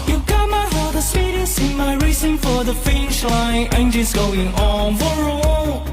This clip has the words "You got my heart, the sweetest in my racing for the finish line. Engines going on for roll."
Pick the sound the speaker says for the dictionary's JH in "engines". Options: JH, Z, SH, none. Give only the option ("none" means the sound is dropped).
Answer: SH